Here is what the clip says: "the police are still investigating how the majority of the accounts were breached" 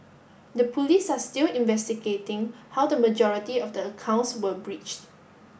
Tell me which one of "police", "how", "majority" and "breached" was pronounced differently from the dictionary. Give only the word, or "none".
none